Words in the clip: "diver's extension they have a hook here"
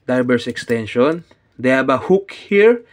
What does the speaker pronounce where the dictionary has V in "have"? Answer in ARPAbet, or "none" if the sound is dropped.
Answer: B